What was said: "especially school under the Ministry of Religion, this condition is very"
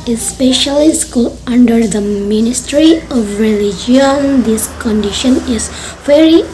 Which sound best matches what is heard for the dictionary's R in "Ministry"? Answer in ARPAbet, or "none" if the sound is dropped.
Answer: R